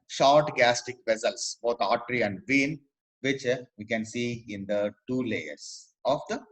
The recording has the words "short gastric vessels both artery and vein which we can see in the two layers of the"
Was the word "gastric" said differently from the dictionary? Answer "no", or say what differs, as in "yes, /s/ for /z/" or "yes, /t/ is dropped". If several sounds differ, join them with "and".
yes, /ɹ/ is dropped